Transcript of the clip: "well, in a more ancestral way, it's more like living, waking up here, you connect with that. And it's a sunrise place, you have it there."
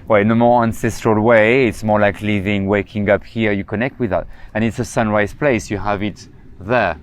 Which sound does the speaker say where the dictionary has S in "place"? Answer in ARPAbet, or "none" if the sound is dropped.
S